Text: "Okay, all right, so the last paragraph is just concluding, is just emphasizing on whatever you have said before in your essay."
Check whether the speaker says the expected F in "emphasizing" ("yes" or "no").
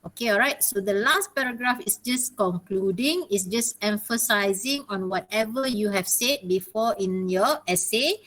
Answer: yes